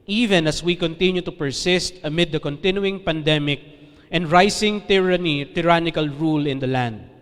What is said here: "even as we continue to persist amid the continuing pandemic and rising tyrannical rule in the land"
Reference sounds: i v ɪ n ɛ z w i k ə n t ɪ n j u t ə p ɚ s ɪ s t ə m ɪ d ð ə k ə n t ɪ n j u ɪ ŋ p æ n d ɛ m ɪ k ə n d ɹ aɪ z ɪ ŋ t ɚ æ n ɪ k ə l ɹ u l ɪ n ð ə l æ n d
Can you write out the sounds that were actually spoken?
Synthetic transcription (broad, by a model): i v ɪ n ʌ s w i k ə n t ɪ n j u t ə p ɚ s ɪ s t ə m ɪ d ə k ə n t ɪ n j u ɪ ŋ p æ n d ɛ m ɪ k ə n d ɹ aɪ s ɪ ŋ t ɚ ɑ n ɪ k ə l ɹ u l ɪ n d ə l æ n d